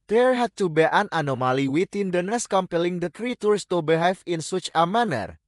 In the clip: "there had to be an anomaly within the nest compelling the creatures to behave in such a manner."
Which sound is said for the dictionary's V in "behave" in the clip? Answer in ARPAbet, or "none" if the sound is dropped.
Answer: F